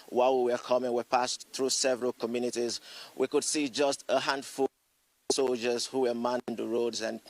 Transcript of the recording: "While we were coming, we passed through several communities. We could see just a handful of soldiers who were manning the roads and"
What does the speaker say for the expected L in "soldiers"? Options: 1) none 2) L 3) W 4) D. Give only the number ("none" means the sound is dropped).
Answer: 2